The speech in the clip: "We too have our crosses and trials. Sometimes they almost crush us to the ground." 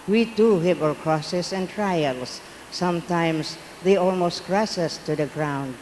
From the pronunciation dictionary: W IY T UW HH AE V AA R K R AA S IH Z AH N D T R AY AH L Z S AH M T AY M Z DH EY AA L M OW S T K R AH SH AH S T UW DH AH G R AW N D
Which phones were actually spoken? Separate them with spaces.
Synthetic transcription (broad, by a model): W IY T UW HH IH P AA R K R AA S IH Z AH N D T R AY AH L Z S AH M T AY M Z DH EY AA L M OW S T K R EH S AH S T UW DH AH G R AW N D